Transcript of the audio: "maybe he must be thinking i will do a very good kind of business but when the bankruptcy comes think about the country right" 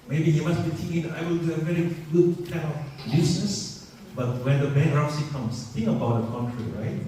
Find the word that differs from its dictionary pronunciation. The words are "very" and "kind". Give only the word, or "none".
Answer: kind